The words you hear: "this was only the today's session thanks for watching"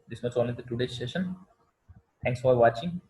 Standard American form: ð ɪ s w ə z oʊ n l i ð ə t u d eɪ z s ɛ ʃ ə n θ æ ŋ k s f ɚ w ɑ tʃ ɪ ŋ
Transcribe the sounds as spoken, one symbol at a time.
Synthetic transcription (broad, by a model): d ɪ s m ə s oʊ n l i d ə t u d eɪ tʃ s ɛ ʃ ə n t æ ŋ k s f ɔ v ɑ tʃ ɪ ŋ